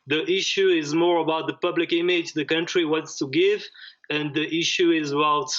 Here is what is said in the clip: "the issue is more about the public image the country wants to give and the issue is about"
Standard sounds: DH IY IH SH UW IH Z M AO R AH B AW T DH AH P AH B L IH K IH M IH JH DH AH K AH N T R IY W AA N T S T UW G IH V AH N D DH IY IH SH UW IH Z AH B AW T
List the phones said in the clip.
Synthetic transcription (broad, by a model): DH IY IH SH UW IH Z M AO R AH B AW T DH AH P AH B L IH K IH M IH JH DH AH K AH N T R IY W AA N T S T UW G IH V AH N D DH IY IH SH UW IH Z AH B AW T